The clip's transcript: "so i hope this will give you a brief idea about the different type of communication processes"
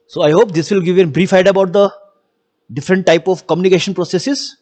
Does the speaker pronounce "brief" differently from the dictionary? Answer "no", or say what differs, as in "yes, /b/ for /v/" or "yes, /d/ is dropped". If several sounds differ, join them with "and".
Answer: no